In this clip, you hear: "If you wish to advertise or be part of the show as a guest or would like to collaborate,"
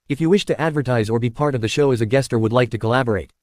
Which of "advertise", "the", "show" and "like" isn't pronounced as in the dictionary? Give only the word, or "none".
none